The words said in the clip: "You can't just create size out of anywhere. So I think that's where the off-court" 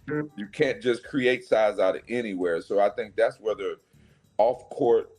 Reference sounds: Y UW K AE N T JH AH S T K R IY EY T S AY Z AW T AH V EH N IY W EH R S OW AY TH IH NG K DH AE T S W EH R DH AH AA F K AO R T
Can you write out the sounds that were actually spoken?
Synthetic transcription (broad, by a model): Y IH K AE N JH AH S K R IY EY T S AY Z AW T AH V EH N IY W EH R S OW AY TH IH NG K DH AE T S W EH DH AH AA F K AO R T